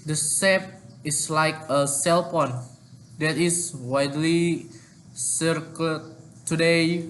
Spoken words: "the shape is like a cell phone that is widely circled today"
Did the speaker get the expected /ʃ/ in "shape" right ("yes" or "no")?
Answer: no